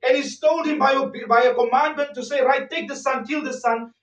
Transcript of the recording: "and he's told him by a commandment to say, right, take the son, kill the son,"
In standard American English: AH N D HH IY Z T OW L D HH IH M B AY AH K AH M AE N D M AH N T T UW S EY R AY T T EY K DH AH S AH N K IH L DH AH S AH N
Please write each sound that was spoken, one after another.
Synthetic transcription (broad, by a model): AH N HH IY S T OW L D HH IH M B AY AH K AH M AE N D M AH N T T UW S EY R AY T T EY K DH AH S AH N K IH L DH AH S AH N